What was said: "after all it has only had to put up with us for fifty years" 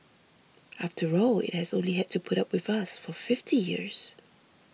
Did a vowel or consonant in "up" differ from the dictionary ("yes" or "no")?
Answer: no